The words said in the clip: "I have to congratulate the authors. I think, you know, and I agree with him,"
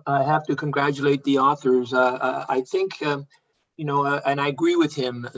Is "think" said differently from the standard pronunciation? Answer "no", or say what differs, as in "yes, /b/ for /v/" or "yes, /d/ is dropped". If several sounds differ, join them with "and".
no